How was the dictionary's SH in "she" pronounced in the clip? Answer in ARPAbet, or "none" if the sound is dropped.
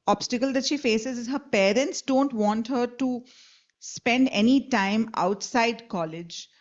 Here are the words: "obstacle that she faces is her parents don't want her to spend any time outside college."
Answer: SH